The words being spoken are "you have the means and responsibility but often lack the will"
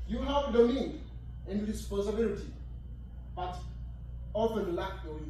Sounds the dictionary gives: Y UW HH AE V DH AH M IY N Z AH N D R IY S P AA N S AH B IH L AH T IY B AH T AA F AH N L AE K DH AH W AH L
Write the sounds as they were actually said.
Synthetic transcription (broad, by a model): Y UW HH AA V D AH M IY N AH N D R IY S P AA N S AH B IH L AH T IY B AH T AA F AH N L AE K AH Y